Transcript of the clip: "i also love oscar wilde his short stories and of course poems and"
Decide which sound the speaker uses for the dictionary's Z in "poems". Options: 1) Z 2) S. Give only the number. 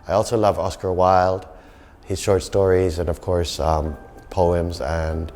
1